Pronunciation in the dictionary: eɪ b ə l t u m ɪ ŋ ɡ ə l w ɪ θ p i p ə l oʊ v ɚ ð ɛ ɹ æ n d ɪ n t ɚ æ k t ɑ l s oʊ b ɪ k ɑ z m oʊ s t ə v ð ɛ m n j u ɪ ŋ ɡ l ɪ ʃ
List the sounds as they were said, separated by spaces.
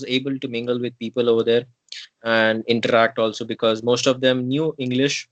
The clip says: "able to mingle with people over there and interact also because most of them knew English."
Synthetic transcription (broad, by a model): eɪ b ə l t u m ɪ ŋ ɡ ə l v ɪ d p i p ə l oʊ v ɚ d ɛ ɹ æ n d ɪ n t ɚ æ k t ɑ l s oʊ b ɪ k ɑ z m oʊ s t ə v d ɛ m n j u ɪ ŋ ɡ l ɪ ʃ